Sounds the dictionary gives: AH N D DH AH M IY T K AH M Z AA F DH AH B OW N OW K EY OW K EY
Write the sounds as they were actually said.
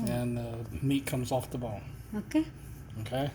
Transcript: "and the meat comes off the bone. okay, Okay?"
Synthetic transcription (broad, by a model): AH N DH AH M IY T K AH M Z AA F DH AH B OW L OW K EY OW K EY